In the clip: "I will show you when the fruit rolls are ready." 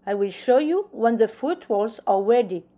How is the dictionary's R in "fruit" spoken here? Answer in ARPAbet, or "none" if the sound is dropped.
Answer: none